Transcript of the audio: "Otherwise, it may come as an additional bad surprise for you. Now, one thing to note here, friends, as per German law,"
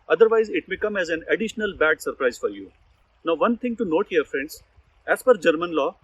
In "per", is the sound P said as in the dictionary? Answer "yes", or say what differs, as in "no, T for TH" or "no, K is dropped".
no, F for P